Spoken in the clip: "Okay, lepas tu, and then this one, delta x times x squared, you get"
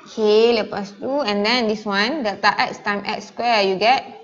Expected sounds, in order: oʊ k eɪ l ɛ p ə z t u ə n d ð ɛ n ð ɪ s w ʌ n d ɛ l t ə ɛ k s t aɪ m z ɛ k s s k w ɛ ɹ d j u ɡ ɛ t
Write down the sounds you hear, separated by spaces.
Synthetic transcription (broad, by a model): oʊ k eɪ l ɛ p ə s t u ə n d ɛ n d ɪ s w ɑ n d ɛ t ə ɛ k s t aɪ m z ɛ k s s k w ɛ j u ɡ ɛ t